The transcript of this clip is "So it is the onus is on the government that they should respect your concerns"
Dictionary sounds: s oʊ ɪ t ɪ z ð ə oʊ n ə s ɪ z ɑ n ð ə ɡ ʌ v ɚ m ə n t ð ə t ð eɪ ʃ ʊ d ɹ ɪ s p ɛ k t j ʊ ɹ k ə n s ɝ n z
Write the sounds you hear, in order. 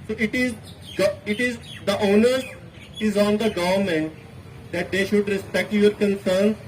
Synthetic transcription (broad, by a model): s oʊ ɪ t ɪ z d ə oʊ n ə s ɪ z ɑ n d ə ɡ ʌ v ɚ m ə n t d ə t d eɪ ʃ ʊ d ɹ ɪ s p ɛ k t j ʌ ɹ k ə n s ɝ n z